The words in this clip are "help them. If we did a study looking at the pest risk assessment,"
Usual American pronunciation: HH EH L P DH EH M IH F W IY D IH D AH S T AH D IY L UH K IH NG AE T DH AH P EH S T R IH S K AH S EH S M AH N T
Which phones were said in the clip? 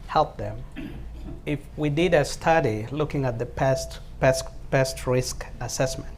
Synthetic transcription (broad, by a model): HH EH L P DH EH M IH F W IY D IH D AH S T AH D IY L UH K IH NG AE T DH AH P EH S T R IH S K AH S EH S M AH N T